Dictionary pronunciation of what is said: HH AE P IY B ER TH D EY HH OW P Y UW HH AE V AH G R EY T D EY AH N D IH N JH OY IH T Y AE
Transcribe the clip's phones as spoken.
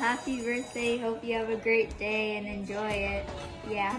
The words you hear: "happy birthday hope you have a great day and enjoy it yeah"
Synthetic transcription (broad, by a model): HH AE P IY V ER S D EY HH OW P Y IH V AH G R EY T D EY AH N IH N JH OY IH T Y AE